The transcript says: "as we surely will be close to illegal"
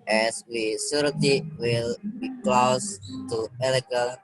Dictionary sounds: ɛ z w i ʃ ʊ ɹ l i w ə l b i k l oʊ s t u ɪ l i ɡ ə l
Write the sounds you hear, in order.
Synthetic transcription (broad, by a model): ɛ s w i s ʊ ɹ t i w ə l b i k l oʊ s t u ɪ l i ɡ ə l